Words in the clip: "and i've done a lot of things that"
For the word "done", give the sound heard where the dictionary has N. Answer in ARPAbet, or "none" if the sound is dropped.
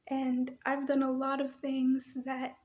N